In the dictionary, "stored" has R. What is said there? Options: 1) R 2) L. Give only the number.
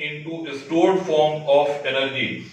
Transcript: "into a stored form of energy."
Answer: 1